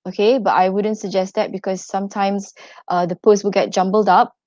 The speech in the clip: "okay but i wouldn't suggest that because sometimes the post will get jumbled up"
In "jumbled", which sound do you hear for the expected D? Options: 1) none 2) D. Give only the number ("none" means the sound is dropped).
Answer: 2